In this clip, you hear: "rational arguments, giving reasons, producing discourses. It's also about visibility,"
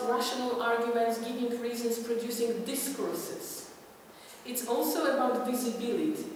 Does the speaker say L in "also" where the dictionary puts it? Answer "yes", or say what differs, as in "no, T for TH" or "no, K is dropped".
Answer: yes